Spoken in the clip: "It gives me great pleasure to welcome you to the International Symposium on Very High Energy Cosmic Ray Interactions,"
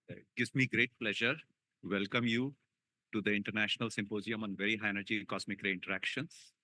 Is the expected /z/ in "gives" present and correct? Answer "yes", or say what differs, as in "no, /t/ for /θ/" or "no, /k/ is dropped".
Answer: no, /z/ is dropped